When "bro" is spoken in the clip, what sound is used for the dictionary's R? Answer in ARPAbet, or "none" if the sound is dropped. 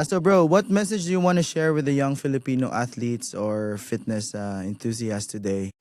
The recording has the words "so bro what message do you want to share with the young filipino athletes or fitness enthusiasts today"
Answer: R